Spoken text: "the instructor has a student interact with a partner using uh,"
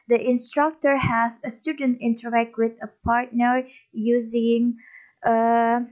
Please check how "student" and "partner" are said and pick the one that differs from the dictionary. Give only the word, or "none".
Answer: none